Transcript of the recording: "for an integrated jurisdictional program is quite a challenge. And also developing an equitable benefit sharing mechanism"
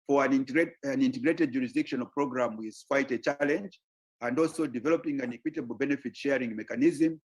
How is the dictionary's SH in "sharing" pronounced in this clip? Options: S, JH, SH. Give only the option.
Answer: SH